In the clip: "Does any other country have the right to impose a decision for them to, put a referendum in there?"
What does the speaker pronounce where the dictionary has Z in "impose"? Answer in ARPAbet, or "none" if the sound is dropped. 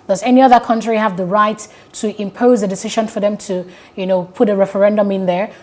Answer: Z